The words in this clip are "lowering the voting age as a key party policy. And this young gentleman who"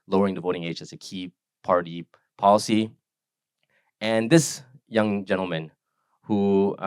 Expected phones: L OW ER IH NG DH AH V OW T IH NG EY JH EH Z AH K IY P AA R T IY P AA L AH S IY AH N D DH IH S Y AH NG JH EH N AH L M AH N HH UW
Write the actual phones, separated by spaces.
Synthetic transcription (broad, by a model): L OW ER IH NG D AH V OW T IH NG EY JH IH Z AH K IY P AA R T IY P AA L AH S IY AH N DH IH S Y AH NG JH EH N L M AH N HH UW